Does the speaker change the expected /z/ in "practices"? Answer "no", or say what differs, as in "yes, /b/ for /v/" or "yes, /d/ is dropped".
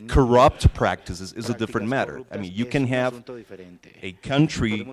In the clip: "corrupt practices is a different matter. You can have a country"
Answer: no